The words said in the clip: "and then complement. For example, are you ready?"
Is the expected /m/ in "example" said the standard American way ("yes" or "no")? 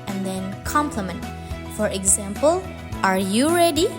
yes